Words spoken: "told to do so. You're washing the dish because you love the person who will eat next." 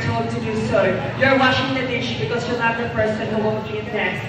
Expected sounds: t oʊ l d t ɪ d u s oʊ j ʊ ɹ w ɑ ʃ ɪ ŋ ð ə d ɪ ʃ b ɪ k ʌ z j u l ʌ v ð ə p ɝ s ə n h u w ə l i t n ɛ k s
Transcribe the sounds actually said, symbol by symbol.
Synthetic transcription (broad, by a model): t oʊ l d t ɪ d u s oʊ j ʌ ɹ w ɑ ʃ ɪ ŋ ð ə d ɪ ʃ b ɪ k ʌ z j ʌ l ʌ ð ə p ɝ s ə n h u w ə n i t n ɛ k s